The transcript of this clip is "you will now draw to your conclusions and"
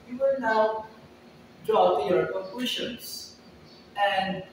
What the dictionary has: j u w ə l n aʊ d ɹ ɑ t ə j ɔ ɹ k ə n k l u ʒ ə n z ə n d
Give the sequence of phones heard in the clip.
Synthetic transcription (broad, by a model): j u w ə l n aʊ d ɹ ɑ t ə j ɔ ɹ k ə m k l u ʃ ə n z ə n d